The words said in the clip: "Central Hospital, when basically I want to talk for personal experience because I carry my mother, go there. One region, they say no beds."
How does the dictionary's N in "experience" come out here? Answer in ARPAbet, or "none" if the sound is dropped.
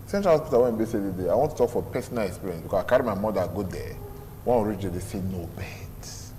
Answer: none